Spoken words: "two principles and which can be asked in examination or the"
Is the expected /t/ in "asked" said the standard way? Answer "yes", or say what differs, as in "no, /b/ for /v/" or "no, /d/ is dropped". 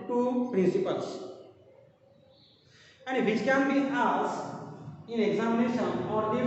no, /t/ is dropped